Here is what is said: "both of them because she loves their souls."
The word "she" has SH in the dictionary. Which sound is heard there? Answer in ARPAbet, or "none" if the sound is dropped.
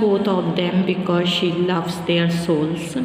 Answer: SH